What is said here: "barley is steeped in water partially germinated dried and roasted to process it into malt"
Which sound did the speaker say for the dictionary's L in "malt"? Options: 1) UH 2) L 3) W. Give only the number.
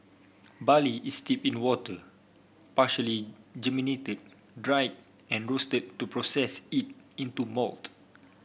2